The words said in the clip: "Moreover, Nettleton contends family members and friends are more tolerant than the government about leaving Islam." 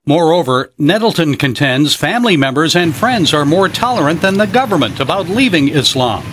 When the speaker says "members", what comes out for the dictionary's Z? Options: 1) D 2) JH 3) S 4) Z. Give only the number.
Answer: 4